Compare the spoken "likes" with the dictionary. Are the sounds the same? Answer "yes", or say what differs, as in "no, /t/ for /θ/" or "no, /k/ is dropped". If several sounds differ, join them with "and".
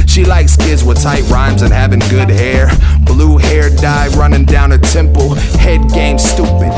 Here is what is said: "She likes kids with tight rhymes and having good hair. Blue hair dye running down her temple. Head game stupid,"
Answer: yes